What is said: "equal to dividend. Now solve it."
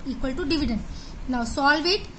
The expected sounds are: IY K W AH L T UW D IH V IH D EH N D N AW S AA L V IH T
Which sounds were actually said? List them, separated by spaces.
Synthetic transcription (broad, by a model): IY K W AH L T UW D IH V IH D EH N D N AW S AA L V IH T